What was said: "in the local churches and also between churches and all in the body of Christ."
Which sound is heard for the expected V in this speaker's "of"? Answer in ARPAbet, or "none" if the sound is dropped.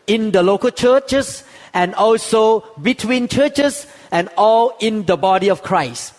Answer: F